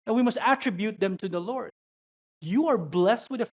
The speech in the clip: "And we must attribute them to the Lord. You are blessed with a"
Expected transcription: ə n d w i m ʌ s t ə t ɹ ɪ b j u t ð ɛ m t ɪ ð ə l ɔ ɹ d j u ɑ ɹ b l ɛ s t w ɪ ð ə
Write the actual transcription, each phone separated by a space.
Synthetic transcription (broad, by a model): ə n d w i m ʌ s t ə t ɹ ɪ b j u t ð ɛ m t ɪ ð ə l ɔ ɹ d j u ɑ ɹ b l ɛ s t w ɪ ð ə